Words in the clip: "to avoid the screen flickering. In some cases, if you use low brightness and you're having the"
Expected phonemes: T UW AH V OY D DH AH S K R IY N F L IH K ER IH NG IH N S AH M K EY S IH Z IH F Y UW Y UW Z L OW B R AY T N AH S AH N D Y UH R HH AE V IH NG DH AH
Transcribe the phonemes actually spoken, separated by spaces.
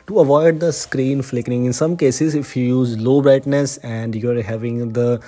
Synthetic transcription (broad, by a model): T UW AH V OY D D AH S K R IY N F L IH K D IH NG IH N S AH M K EY S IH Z IH F Y UW Y UW Z L OW B R AY T N AH S AH N D Y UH R HH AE V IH NG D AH